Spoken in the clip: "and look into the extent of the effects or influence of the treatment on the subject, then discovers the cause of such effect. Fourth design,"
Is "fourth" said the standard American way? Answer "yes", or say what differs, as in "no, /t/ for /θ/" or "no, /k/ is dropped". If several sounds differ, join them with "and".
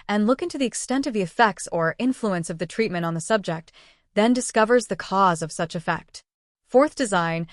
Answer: yes